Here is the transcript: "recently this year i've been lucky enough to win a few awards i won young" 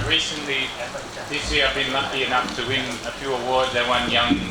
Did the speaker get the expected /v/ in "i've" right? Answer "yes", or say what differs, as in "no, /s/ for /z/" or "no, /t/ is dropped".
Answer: yes